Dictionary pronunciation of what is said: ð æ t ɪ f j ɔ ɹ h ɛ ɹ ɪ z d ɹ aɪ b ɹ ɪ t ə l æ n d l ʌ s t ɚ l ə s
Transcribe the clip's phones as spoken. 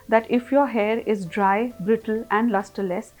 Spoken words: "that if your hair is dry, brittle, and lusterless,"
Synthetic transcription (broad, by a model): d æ t ɪ f j ɔ ɹ h ɛ ɹ ɪ z d ɹ aɪ b ɹ ɪ t ə l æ n d l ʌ s t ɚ l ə s